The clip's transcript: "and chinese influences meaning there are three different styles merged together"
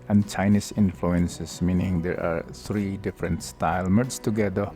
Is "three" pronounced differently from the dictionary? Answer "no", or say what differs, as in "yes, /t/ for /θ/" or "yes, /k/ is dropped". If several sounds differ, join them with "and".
yes, /t/ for /θ/